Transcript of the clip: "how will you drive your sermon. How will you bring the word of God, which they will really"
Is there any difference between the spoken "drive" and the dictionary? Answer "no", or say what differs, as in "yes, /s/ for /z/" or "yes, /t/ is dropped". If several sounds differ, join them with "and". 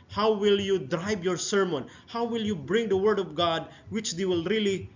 yes, /b/ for /v/